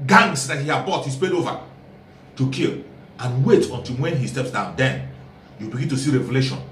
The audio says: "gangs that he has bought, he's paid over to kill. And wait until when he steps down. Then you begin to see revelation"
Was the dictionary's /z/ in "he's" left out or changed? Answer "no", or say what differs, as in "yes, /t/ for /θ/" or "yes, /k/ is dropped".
yes, /s/ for /z/